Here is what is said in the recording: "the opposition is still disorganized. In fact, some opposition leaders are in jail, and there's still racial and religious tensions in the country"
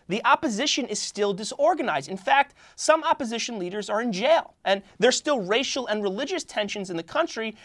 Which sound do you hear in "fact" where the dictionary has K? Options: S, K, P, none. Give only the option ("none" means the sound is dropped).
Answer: K